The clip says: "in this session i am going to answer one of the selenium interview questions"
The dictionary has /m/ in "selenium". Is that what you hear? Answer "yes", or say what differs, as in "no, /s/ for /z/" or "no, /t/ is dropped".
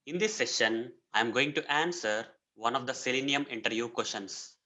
yes